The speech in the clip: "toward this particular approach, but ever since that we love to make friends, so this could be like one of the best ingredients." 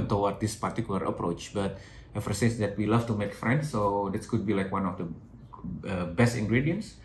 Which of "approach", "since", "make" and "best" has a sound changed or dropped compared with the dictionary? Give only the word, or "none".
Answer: since